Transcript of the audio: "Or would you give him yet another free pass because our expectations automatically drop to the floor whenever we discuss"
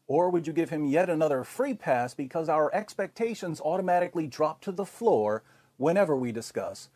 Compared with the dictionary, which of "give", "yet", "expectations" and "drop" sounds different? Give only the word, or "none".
none